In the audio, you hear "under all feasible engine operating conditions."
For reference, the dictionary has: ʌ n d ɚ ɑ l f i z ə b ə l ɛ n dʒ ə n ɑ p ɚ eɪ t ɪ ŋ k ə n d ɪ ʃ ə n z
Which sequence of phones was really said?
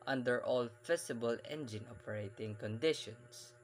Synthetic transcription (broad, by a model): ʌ n d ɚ ɑ l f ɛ s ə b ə l ɛ n dʒ ə n ɑ p ɚ eɪ t ɪ ŋ k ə n d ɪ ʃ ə n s